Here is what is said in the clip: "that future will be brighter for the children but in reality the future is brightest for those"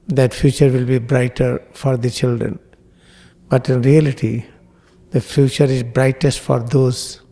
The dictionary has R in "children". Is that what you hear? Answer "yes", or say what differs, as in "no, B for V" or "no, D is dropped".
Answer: yes